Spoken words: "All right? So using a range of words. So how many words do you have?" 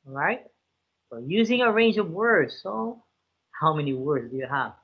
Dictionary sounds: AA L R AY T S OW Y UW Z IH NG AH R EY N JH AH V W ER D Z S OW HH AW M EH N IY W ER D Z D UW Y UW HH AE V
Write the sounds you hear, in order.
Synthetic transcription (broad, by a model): R AY T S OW Y UW Z IH NG AH R EY N JH AH V W ER D Z S OW HH AW M EH N IY W ER D Z D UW Y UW HH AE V